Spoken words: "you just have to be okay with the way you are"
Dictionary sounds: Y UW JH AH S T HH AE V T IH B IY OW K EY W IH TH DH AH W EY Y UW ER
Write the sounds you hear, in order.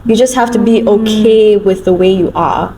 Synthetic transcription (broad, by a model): Y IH JH AH S T HH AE F T IH B IY OW K EY W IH DH AH W EY Y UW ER